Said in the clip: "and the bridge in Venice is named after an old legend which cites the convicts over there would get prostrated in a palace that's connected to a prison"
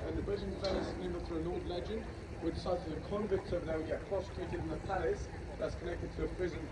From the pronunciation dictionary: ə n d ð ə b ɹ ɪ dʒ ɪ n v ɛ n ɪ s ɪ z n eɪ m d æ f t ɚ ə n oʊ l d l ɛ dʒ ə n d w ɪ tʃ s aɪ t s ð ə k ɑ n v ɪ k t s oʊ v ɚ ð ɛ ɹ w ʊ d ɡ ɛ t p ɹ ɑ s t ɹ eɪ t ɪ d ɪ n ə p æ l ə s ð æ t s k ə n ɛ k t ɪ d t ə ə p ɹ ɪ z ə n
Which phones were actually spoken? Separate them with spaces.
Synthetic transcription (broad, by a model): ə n ð ə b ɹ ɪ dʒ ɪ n f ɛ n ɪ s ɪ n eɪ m ʌ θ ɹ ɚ ə n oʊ d l ɛ dʒ ə n d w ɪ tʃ s aɪ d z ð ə k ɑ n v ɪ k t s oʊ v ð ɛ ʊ ɡ ɛ t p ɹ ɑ s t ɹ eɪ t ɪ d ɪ n ə p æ l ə s ð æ t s k ə n ɛ k t ɪ d t ə ə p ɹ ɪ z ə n